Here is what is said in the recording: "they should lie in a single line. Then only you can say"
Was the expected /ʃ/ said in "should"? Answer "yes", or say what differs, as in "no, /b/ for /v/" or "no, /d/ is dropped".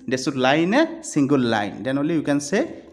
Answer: no, /s/ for /ʃ/